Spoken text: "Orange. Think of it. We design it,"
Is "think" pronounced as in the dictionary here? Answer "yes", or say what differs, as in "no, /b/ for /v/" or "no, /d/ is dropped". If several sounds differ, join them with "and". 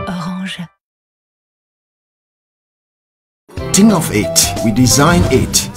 no, /k/ is dropped